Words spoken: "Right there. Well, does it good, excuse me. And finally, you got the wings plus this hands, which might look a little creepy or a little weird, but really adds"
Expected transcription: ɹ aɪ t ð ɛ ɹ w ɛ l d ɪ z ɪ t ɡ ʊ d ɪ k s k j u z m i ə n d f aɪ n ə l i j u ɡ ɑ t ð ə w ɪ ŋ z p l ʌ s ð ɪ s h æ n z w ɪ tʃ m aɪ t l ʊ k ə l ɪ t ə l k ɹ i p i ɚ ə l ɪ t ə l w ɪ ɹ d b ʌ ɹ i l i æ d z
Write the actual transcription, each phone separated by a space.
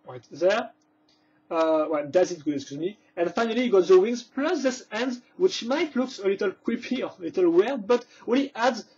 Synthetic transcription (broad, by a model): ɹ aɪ t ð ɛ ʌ w ɛ l d ɪ z ɪ t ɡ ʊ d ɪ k s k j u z m i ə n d f aɪ n ə l i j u ɡ ɑ t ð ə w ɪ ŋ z p l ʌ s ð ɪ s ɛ n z w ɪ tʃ m aɪ t l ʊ k ə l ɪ t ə l k w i p i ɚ ə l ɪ t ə l w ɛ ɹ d b ʌ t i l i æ d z